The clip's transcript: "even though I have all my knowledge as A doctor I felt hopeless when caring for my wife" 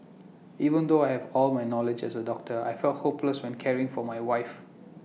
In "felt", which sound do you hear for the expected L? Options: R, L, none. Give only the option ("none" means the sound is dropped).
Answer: L